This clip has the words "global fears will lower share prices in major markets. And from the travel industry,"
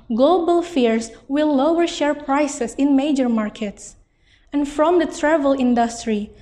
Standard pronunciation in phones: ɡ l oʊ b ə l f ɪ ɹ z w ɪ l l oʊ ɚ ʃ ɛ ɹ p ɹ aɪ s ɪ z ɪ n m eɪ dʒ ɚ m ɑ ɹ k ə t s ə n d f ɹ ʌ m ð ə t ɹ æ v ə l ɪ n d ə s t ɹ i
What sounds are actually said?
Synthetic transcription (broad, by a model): ɡ l oʊ b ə l f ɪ ɹ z w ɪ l l oʊ ɚ ʃ ɛ ɹ p ɹ aɪ s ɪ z ɪ n m eɪ dʒ ɚ m ɑ ɹ k ə t s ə n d f ɹ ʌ m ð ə t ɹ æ v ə l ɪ n d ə s t ɹ i